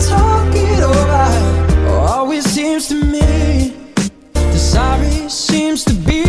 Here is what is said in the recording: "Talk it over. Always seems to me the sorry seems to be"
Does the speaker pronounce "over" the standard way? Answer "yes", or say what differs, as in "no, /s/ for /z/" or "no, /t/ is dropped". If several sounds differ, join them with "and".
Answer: no, /b/ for /v/